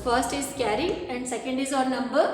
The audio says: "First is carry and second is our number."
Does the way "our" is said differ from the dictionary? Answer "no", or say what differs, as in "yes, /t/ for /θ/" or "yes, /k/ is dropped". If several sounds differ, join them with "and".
no